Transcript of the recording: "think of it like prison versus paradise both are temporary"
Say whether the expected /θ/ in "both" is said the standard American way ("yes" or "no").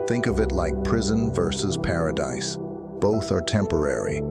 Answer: yes